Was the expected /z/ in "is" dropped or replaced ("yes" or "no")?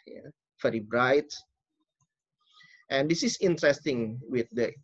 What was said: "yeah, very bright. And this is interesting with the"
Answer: yes